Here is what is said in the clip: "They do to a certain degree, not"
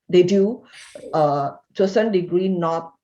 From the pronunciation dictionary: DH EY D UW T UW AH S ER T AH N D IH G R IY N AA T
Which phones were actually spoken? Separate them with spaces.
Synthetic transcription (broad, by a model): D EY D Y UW AH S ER S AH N D IH G R IY N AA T